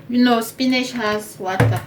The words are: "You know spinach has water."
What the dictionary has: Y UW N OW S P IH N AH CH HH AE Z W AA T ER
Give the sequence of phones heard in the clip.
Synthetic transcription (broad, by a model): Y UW N OW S P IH N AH SH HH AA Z W AA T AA